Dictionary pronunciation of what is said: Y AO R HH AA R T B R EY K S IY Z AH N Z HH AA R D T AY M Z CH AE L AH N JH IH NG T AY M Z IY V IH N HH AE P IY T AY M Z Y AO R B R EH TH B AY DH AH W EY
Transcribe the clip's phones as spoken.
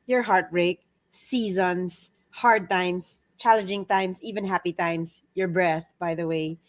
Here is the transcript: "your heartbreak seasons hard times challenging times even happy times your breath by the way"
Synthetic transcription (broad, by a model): Y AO R HH AA R T B R EY K S IY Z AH N S HH AA R D T AY M S CH AE L AH N JH IH NG T AY M S IY V IH N HH AE P IY T AY M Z Y AO R B R EH TH B AY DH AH W EY